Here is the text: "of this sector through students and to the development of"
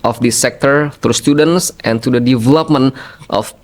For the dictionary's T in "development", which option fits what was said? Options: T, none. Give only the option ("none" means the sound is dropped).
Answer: T